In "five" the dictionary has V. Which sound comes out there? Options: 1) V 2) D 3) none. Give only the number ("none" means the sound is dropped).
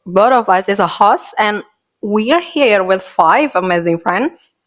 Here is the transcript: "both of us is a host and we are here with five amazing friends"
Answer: 1